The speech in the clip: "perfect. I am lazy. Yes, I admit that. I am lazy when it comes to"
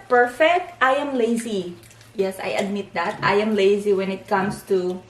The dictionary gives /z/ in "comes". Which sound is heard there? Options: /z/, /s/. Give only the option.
/s/